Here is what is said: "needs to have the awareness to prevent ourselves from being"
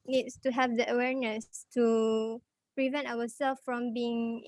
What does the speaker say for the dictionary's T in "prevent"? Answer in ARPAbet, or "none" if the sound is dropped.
T